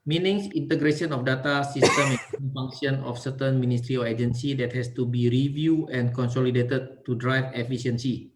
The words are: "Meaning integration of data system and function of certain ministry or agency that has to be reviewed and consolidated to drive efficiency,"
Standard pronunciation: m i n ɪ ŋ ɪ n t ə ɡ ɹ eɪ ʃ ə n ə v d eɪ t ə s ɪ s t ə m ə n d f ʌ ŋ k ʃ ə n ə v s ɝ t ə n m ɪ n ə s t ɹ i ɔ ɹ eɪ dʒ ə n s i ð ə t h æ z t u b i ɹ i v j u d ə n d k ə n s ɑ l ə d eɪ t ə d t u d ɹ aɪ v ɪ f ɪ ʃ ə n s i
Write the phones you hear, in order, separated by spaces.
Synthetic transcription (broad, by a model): m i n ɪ ŋ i n t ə ɡ ɹ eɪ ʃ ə n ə f d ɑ t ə s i s t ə m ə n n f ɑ ŋ k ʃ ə n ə f s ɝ t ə n m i n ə s t ɹ i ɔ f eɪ dʒ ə n s i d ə t h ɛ s t u b i ɹ i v j u ə n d k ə n s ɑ l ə d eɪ t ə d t u d ɹ aɪ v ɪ f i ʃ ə n s i